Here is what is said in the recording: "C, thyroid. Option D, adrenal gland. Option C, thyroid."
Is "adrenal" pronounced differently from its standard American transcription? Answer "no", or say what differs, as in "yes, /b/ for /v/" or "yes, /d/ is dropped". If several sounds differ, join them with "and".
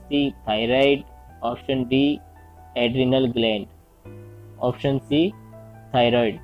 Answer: no